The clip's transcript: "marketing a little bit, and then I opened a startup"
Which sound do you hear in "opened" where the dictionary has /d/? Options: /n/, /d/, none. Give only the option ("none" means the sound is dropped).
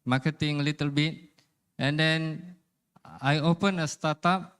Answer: none